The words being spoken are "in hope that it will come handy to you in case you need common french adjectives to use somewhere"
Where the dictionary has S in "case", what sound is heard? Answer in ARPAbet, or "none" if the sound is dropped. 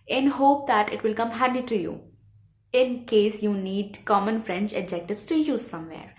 S